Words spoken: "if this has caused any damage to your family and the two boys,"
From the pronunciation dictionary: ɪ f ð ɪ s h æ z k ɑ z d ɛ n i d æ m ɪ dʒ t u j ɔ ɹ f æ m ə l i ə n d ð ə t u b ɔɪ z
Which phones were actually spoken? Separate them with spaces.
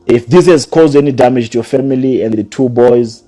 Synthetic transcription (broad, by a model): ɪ f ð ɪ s h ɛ z k ɑ z d ɛ n i d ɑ m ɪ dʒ t u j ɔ f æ m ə l i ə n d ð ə t u b ɔɪ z